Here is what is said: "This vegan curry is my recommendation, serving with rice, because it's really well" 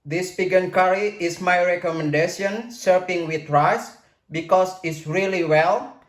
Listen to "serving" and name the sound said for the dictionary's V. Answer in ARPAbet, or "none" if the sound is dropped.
P